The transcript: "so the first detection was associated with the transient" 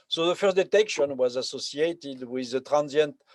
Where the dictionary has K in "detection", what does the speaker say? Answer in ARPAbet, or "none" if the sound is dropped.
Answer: K